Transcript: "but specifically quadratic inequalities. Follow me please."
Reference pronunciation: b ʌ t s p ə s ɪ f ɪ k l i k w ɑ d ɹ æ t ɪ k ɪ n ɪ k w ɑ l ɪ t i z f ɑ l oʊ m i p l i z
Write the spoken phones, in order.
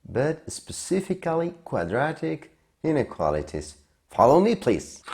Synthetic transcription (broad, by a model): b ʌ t s p ə s ɪ f ɪ k l i k w ɑ d ɹ æ t ɪ k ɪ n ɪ k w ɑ l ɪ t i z f ɑ l oʊ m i p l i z